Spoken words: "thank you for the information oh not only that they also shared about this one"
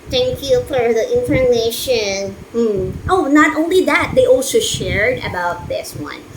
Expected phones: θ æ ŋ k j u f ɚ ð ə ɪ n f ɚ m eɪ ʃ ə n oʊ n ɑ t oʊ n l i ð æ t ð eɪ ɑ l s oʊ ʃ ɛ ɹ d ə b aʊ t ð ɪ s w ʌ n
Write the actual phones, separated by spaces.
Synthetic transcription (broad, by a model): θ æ ŋ k j u f ɚ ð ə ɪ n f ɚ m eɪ ʃ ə n oʊ n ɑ t oʊ n l i ð æ t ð eɪ ɑ l s oʊ ʃ ɛ ɹ d ə b aʊ t ð ɪ s w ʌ n